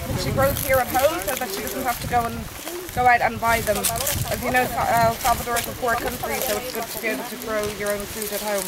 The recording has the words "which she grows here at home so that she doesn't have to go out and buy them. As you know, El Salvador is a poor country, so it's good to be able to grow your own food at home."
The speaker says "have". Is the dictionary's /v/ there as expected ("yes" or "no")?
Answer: no